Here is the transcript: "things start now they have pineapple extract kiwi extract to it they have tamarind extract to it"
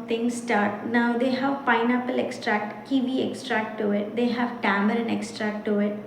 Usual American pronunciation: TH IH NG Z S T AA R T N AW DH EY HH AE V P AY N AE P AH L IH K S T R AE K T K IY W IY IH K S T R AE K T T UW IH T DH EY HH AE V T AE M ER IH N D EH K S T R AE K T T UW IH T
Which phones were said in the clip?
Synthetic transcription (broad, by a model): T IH NG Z S T AA R T N AW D EY HH AE V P AY N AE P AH L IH K S T R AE K T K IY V IY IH K S T R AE K T T UW IH T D EY HH AE V T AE M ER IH N EH K S T R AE K T T UW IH T